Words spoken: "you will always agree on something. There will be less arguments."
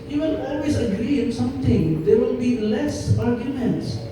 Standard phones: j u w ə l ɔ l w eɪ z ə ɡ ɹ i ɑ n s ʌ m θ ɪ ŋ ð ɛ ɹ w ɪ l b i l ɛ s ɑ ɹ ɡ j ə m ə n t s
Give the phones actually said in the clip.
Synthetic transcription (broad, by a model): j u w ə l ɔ l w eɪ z ə ɡ ɹ i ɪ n s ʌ m t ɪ ŋ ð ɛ ɹ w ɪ l b i l ɛ s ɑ ɹ ɡ j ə m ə n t s